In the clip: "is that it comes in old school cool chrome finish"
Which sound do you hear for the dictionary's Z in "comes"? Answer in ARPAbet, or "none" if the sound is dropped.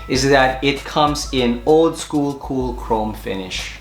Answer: Z